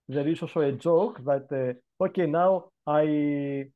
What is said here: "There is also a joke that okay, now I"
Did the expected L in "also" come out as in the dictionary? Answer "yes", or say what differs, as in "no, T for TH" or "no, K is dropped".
no, L is dropped